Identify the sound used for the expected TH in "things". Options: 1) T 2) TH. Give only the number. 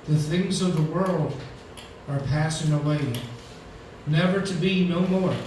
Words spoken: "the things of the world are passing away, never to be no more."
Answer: 2